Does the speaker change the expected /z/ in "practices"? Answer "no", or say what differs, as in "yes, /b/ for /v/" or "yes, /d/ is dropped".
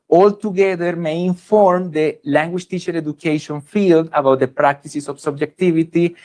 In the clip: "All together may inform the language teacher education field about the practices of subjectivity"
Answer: yes, /s/ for /z/